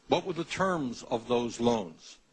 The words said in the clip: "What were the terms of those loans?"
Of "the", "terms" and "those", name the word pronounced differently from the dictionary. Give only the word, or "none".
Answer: none